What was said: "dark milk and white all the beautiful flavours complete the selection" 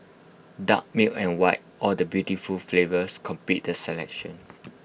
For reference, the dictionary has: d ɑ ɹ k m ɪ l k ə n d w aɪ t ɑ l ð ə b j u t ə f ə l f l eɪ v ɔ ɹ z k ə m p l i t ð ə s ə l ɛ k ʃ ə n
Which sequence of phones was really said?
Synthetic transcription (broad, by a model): d ɑ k m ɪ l ə n w aɪ t ɑ l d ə b j u t ə f ə l f l eɪ v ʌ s k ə m p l i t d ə s ə l ɛ k ʃ ə n